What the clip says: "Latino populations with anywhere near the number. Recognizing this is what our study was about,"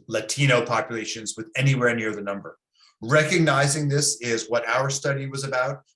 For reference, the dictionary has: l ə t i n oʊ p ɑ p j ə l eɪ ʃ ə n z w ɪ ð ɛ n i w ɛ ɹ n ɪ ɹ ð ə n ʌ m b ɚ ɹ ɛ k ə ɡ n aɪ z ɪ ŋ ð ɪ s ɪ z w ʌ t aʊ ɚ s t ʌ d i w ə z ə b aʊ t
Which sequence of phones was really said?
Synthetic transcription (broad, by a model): l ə t i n oʊ p ɑ p j ə l eɪ ʃ ə n z w ɪ ð ɛ n i w ɛ ɹ n ɪ ɹ ð ə n ʌ m b ɚ ɹ ɛ k ə ɡ n aɪ z ɪ ŋ ð ɪ s ɪ z w ʌ t aʊ ɚ s t ʌ d i w ə z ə b aʊ t